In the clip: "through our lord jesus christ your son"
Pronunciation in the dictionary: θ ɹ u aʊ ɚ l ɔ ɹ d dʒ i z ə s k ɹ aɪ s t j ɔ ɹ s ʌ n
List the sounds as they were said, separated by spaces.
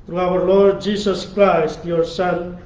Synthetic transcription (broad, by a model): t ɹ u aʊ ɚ l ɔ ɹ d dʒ i s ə s k ɹ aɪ s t j ɔ ɹ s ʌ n